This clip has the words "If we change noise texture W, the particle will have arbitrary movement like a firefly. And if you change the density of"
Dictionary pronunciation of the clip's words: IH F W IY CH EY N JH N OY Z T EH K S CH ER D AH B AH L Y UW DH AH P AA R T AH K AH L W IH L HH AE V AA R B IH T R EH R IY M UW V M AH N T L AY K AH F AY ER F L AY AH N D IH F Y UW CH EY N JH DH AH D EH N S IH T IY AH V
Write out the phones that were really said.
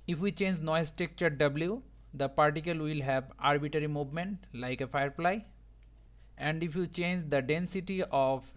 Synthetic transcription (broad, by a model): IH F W IY CH EY N JH N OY S T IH K CH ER D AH B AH L Y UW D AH P AA R T AH K AH L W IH L HH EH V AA R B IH T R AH R IY M UW V M AH N T L AY K AH F AY ER F L AY AH N D IH F Y UW CH EY N JH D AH D EH N S IH T IY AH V